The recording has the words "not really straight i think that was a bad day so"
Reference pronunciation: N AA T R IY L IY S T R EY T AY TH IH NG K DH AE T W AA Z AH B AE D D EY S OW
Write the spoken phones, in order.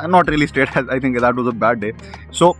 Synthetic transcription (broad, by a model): N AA T R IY L IY S T EY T AY T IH NG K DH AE T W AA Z AH B AE D D EY S OW